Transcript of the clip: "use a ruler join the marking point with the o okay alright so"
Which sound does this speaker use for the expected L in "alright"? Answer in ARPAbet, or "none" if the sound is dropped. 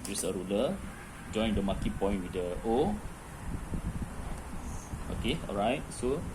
L